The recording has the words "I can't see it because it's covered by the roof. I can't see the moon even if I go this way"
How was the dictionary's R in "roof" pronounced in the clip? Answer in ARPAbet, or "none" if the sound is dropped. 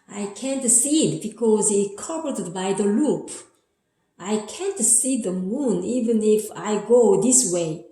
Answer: L